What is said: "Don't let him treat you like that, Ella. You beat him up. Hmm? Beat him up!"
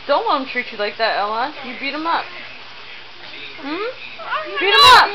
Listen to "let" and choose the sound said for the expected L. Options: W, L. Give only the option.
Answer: W